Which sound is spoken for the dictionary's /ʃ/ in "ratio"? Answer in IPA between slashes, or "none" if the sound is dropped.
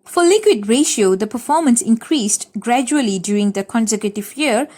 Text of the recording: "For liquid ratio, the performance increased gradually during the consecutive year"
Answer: /ʃ/